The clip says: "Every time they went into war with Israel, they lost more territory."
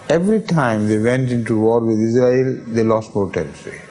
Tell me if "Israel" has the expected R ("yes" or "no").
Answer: yes